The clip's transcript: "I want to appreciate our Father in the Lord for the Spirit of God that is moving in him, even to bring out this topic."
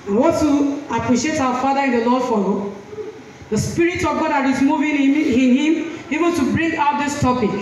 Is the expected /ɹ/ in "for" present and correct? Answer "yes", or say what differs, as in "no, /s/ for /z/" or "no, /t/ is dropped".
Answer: no, /l/ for /ɹ/